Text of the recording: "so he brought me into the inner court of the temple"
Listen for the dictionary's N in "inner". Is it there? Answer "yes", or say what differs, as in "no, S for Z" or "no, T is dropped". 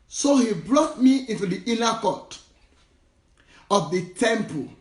no, L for N